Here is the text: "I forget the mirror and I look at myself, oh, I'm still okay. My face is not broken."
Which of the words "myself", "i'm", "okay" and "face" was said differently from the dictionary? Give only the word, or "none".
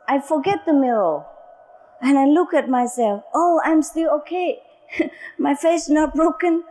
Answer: face